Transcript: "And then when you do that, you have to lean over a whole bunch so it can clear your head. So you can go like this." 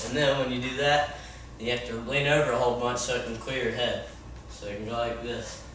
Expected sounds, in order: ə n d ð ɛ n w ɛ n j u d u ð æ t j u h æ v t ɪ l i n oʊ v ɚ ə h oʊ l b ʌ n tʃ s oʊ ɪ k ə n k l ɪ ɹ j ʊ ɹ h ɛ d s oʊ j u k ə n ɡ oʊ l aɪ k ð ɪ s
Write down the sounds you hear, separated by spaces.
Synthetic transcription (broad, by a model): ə n ð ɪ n w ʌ n j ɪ d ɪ ð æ t j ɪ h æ f t ɪ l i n oʊ v ɚ ə h oʊ l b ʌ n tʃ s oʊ ɪ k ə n k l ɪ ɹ ɹ h ɛ d s oʊ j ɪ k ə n ɡ oʊ l aɪ k ð ɪ s